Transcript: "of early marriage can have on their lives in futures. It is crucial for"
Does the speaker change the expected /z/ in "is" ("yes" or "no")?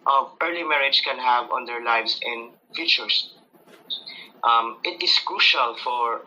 yes